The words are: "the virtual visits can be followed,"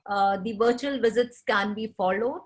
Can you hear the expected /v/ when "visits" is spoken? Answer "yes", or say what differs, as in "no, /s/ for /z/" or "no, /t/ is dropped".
yes